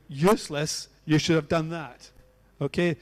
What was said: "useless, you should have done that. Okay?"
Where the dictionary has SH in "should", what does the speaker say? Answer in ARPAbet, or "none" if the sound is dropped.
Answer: SH